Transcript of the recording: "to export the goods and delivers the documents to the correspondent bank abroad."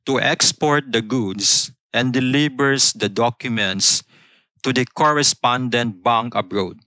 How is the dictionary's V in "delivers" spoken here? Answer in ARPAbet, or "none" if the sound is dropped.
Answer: B